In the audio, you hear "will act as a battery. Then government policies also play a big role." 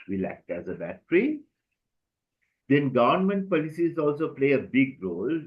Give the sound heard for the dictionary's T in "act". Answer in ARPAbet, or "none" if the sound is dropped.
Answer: T